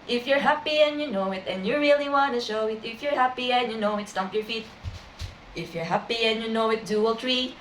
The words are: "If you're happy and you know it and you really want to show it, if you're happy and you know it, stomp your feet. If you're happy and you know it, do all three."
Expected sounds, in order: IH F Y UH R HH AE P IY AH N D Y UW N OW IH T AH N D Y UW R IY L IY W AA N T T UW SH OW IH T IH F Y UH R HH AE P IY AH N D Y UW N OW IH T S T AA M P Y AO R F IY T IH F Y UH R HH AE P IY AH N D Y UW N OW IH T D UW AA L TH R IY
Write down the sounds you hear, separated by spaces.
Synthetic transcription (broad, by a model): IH F Y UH R HH AE P IY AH N Y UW N OW IH T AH N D Y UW R IY L IY W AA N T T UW SH OW IH T IH F Y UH R HH AE P IY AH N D Y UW N OW IH T S T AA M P Y AO R F IY T IH F Y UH R HH AE P IY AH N Y UW N OW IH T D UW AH L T R IY